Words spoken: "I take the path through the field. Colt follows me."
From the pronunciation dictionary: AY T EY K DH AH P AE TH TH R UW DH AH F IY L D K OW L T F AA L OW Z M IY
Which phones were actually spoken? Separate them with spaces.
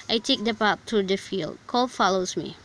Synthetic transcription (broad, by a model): AY T EY K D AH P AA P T R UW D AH F IY L D K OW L F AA L OW S M IY